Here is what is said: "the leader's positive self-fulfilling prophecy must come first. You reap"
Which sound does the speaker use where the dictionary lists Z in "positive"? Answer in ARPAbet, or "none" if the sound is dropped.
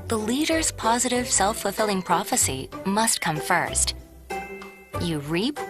Z